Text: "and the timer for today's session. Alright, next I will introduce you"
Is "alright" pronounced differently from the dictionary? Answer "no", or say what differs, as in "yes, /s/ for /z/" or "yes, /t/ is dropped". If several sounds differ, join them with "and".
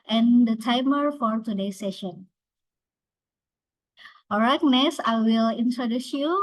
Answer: yes, /l/ is dropped